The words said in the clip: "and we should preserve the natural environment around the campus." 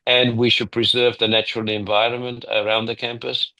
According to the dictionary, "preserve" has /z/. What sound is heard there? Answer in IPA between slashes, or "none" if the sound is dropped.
/z/